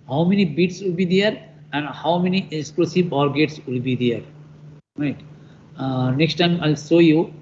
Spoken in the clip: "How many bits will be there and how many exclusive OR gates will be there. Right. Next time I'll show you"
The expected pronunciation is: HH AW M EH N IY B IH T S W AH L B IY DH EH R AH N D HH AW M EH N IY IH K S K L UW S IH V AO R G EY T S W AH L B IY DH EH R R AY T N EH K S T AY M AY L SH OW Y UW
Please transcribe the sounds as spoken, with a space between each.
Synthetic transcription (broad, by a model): HH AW M EH N IY B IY T S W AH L B IY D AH R AH N D HH AW M EH N IY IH K S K L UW S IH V AO R G EY T S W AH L B IY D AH R R AY T N EH K S T AY M AY L S OW Y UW